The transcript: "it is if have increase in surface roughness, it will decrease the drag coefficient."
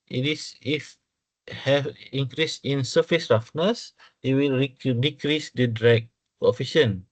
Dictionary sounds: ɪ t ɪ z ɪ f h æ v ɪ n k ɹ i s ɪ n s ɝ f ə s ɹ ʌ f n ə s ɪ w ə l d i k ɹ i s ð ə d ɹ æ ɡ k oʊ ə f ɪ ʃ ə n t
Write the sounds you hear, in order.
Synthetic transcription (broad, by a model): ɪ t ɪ s ɪ f h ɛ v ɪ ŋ k ɹ i s ɪ n s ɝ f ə s ɹ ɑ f n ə s ɪ w ə l d i k ɹ i s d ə d ɹ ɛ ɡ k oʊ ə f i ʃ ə n